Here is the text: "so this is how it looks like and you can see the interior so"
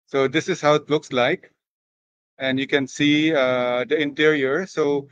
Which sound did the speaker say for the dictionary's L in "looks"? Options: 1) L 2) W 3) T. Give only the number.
1